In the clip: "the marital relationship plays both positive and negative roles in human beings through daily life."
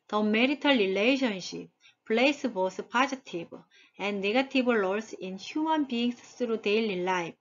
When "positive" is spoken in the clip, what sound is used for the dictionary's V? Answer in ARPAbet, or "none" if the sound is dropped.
B